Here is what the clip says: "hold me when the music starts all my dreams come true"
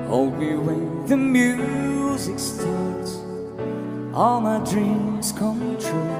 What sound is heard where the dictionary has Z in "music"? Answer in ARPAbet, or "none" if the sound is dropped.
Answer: Z